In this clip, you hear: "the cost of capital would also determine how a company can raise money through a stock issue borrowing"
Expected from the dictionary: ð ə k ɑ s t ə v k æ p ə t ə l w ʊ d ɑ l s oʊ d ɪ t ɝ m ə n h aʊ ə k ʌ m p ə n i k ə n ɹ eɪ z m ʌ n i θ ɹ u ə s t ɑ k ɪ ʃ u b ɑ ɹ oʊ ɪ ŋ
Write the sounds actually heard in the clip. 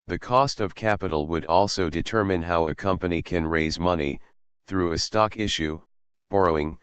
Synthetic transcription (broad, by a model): ð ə k ɑ s t ə v k æ p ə t l w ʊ d ɑ l s oʊ d ɪ t ɝ m ə n h aʊ ə k ʌ m p ə n i k ə n ɹ eɪ z m ʌ n i θ ɹ u ə s t ɑ k ɪ ʃ u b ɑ ɹ oʊ ɪ ŋ